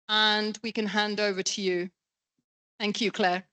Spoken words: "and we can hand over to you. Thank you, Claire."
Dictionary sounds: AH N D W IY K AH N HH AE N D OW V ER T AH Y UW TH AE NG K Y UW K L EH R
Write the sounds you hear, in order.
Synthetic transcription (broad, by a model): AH N W IY K AH N HH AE N D OW V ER T AH Y UW TH AE NG K Y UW K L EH